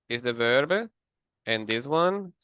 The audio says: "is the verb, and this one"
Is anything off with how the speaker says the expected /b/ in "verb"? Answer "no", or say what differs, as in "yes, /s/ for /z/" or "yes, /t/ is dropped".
no